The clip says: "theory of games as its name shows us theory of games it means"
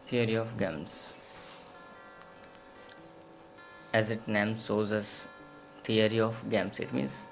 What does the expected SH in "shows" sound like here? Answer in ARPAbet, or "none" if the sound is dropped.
S